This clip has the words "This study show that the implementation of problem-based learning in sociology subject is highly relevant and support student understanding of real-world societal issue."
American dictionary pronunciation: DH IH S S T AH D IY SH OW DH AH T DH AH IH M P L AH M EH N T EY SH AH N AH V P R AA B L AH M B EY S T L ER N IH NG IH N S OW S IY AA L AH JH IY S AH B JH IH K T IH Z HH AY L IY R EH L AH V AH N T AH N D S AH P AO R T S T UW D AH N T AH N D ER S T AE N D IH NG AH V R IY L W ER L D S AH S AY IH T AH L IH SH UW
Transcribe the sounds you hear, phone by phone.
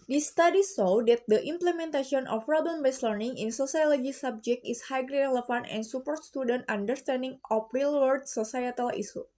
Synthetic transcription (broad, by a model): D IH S S T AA D IY S OW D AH T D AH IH M P L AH M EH N T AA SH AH N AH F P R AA B L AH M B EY S L ER N IH NG IH N S OW S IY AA L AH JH IY S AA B JH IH K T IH S HH AY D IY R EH L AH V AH N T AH N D S AH P AO R T S T UW D AH N T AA N D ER S T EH N D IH NG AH F R IY L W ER D S AH S AY IH T AH L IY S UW